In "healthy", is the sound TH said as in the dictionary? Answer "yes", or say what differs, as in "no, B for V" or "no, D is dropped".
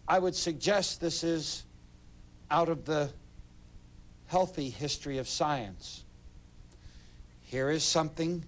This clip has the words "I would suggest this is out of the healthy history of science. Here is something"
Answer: yes